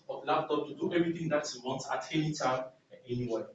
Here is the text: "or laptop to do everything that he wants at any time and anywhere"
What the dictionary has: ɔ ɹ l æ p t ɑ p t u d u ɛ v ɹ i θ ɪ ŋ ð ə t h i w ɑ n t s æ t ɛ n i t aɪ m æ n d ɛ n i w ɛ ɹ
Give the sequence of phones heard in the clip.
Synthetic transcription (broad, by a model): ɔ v l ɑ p t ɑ p t u d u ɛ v ɹ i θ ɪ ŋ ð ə t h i w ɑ n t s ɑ t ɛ l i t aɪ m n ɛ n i w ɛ